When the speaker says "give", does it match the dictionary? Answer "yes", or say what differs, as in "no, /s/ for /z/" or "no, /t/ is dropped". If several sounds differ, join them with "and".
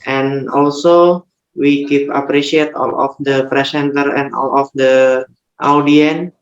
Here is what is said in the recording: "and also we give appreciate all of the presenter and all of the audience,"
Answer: no, /p/ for /v/